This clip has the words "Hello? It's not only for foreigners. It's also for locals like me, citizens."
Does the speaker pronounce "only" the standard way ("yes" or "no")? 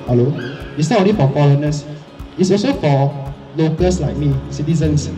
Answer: no